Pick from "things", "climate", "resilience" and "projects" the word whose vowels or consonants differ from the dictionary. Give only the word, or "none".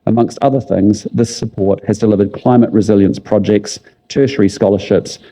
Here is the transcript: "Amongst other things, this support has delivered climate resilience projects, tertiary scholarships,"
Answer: none